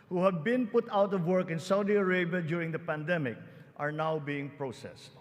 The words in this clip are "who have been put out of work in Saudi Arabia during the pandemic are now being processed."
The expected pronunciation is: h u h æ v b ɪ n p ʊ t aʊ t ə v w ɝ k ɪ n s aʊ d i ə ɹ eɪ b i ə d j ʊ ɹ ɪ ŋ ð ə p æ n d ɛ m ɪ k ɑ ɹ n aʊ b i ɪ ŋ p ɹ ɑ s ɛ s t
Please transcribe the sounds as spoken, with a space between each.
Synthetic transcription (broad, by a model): h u h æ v b ɪ n p ʊ t aʊ t ə v w ɝ k ɪ n s aʊ d i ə ɹ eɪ b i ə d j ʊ ɹ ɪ ŋ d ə p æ n d ɛ m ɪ k ɑ ɹ n aʊ b i ɪ ŋ p ɹ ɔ s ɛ s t